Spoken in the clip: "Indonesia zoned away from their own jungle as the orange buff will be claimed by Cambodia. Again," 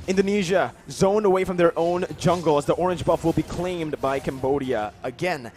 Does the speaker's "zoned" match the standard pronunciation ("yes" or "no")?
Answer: no